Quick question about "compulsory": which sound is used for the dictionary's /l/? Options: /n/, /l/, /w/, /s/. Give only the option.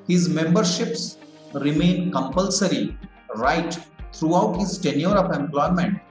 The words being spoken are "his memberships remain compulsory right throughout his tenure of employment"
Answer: /l/